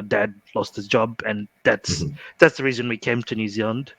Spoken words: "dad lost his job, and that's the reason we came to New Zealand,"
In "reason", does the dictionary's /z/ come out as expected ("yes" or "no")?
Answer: yes